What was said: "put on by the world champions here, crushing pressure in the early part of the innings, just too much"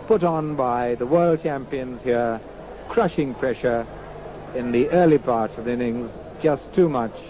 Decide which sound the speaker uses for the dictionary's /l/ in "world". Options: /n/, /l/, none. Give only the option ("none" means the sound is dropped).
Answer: /l/